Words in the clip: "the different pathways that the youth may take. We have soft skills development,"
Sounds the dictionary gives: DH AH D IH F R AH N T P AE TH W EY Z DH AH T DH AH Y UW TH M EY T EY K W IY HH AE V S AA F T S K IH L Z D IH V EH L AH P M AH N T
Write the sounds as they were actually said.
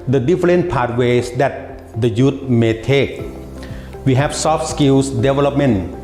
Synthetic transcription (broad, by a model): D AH D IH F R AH N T P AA T W EY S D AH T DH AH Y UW T M EY T EY K W IY HH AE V S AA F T S K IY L S D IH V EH L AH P M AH N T